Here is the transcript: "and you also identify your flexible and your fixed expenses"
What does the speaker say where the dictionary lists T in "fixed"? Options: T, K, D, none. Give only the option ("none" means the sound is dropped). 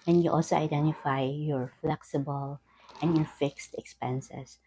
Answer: T